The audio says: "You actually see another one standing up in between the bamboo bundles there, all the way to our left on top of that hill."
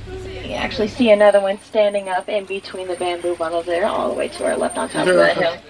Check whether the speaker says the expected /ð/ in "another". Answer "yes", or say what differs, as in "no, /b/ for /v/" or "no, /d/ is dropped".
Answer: yes